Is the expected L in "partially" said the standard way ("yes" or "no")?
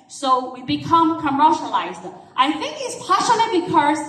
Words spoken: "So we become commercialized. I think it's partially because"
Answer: no